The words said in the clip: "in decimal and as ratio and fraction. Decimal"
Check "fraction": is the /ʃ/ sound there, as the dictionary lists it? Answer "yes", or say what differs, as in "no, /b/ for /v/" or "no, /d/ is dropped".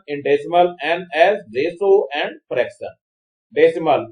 no, /s/ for /ʃ/